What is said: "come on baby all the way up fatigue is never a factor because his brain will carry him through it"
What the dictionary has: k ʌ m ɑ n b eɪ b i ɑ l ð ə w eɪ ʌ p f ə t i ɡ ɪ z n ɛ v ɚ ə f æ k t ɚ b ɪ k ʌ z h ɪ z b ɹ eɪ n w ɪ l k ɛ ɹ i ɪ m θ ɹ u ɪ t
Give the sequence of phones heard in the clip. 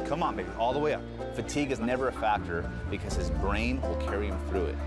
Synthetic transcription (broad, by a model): k ʌ m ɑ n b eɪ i ɑ l ð ə w eɪ ʌ p f ə t i ɡ ɪ z n ɛ v ɚ ə f æ k t ɚ b ɪ k ʌ z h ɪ z b ɹ eɪ n w ɪ l k ɛ ɹ i ɪ m θ ɹ u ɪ t